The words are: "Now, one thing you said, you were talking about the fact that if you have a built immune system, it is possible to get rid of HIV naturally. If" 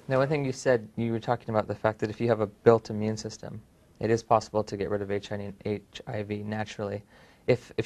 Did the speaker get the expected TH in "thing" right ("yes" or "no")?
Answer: yes